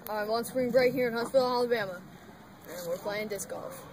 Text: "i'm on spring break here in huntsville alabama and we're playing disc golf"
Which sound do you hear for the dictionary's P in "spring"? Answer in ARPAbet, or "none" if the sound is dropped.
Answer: B